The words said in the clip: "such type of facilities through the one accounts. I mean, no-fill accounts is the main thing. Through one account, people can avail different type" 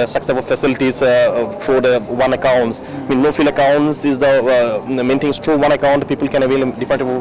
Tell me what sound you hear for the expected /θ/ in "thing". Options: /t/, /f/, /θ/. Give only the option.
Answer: /t/